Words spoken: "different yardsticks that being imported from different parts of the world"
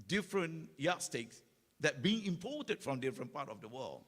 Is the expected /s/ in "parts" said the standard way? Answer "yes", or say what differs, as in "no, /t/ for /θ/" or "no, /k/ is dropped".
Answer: no, /s/ is dropped